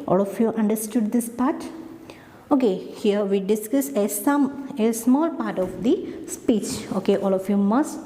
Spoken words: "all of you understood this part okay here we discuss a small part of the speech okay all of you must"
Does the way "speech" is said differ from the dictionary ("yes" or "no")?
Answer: no